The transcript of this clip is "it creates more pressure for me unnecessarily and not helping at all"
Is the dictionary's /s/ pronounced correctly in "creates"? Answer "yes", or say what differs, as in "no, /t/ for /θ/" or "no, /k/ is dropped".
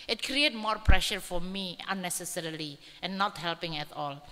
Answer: no, /s/ is dropped